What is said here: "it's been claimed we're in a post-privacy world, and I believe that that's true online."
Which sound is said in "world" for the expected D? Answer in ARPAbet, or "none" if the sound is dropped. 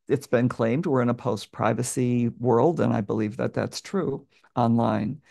D